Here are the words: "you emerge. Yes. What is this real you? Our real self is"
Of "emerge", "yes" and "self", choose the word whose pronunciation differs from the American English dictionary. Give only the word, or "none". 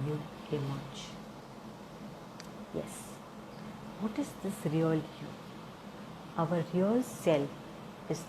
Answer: emerge